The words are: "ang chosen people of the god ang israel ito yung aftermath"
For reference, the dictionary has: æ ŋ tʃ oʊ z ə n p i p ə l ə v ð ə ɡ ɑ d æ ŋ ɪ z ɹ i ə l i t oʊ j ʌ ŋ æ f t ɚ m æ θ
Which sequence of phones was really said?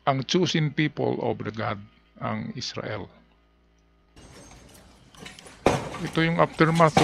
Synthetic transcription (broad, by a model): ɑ ŋ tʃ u s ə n p i p ə l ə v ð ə ɡ ɑ d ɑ ŋ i s ɹ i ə l i t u j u ŋ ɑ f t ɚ m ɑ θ